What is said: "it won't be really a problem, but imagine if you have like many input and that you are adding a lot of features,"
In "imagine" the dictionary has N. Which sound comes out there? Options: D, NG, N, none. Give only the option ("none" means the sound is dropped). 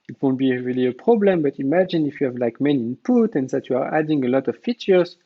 N